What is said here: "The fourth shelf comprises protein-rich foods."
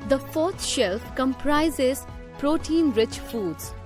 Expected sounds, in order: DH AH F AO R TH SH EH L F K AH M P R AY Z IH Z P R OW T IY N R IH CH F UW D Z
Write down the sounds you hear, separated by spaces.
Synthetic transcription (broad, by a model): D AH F AO R T SH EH L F K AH M P R AY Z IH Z P R OW T IY N R IH CH F UW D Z